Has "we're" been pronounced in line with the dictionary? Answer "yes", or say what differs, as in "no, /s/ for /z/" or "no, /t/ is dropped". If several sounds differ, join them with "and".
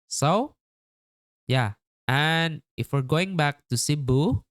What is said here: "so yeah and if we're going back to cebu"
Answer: yes